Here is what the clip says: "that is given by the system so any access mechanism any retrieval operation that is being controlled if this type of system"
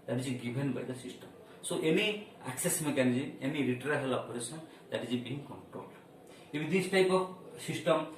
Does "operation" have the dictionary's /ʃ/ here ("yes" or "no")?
no